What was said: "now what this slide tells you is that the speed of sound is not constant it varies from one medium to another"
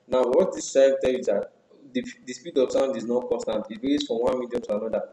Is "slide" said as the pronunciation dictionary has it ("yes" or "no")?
no